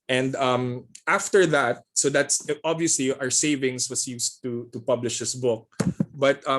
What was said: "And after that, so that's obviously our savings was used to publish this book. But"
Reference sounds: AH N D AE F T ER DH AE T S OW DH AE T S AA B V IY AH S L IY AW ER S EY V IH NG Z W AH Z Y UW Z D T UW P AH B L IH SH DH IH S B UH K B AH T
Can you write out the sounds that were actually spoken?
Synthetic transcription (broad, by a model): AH N D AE F T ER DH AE T S OW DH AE T S AA B V IY AH S L IY AW ER S EY V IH NG S W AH S Y UW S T T UW P AH B L IH SH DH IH S B UH K B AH T